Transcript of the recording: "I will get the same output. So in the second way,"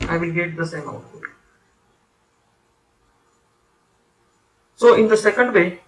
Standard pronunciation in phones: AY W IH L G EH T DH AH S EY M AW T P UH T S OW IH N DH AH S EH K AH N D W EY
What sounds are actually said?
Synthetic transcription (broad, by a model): AY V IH L G EH T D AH S EY M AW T AO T S OW IH N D AH S EH K AH N D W EY